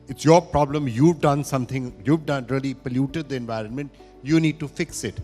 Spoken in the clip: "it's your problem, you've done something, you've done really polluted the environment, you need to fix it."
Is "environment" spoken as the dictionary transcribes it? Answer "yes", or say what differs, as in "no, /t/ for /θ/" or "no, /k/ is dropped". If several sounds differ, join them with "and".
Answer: yes